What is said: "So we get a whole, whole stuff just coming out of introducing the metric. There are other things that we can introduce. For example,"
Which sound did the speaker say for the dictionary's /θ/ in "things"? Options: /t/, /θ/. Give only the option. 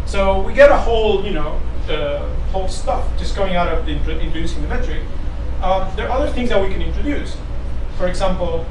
/θ/